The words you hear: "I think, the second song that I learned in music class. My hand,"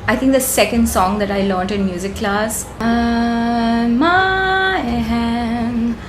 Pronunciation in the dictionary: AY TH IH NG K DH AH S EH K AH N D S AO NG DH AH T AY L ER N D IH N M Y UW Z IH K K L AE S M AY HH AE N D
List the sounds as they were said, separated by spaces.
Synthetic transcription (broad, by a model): AY T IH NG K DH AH S EH K AH N D S AO NG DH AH T AY L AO N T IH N M Y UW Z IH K K L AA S M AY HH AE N